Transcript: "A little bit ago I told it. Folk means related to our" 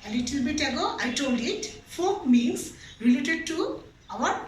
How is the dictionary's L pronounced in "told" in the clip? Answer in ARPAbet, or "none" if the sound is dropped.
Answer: L